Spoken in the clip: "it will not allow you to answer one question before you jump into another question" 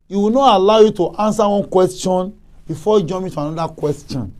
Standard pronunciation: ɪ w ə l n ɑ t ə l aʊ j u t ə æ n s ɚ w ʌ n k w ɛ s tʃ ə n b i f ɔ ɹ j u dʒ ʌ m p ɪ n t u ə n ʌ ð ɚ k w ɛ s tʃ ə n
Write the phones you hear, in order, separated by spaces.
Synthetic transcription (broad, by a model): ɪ w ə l n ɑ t ə l aʊ j u t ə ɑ n s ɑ w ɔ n k w ɛ s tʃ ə n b i f ɔ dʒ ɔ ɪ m ɪ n t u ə n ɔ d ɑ k w ɛ s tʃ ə n